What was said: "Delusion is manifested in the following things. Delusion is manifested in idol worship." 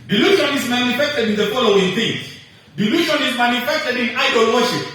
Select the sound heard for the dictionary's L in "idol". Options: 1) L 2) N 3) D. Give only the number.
1